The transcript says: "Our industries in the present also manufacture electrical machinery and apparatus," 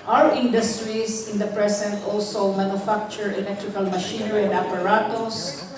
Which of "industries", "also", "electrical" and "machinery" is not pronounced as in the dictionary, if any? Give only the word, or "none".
industries